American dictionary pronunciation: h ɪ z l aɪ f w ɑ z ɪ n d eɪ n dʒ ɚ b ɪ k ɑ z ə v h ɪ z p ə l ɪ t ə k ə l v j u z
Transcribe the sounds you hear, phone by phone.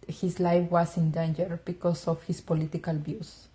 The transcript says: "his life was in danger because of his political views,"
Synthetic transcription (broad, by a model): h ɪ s l aɪ f w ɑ s ɪ n d eɪ n dʒ ɚ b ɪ k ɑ s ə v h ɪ s p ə l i t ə k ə l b j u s